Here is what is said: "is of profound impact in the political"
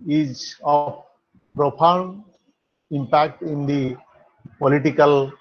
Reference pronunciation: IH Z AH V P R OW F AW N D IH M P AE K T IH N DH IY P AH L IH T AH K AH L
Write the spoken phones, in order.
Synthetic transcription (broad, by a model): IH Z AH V P R OW P AW N D IH M P AE K T IH N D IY P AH L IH T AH K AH L